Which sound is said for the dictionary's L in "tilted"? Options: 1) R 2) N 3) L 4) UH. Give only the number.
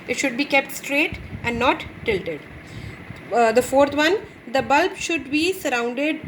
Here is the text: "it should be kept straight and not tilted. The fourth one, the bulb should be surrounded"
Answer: 3